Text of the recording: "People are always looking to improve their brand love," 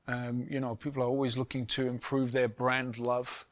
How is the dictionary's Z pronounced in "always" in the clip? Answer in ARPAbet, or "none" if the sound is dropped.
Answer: Z